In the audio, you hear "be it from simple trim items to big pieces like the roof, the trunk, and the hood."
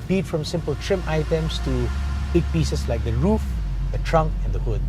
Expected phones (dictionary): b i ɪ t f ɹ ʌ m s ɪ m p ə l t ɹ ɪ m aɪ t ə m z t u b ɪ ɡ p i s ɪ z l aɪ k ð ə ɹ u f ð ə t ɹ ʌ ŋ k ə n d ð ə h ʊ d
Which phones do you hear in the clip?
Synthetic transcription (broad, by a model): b i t f ɹ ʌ m s ɪ m p ə l t ɹ ɪ m aɪ t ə m s t u b ɪ ɡ p i s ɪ s l aɪ k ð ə ɹ u f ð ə t ɹ ʌ ŋ k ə n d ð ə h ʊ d